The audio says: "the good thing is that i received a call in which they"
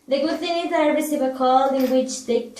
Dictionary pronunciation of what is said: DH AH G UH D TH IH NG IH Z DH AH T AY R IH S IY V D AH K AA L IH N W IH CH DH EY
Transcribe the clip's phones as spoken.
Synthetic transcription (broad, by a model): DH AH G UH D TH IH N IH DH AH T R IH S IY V AH K AA L IH N W IH CH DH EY